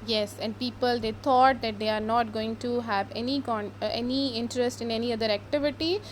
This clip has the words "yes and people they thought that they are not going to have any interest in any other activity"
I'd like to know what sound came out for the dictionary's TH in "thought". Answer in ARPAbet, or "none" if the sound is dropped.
T